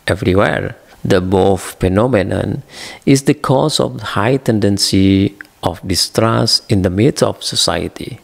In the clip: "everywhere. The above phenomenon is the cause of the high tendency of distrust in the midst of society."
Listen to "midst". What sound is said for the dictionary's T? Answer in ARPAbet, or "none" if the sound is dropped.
none